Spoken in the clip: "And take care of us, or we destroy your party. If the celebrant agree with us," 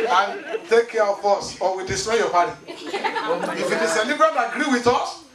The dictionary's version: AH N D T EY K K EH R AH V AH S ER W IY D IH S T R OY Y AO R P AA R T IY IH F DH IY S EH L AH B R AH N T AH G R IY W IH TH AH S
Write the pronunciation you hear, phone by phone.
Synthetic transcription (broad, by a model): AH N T EY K K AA W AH B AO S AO W IY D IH S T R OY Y AO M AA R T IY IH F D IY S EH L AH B R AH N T AH G R IY W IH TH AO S